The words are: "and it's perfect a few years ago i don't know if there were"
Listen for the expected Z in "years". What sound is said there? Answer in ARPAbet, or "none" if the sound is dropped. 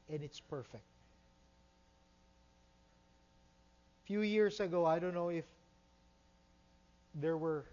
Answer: S